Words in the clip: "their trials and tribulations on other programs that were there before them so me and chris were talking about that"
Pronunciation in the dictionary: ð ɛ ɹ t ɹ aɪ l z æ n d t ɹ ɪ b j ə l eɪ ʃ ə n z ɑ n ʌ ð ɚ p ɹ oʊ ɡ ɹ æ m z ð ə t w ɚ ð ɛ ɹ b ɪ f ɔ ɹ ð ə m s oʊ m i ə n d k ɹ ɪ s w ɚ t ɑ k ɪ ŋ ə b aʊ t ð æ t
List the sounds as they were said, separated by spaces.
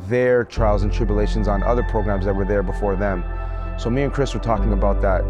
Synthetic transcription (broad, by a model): ð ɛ ɹ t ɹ aɪ l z n t ɹ ɪ b j ə l eɪ ʃ ə n z n ʌ ð ɚ p ɹ oʊ ɡ ɹ æ m z ð ə t w ɚ ð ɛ ɹ b ɪ f ɔ ɹ ð ə m s oʊ m i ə n k ɹ ɪ s w ɚ t ɑ k ɪ ŋ ə b aʊ t ð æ t